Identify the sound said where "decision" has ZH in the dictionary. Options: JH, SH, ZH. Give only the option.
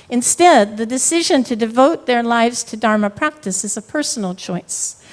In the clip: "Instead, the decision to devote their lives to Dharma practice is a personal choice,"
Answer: ZH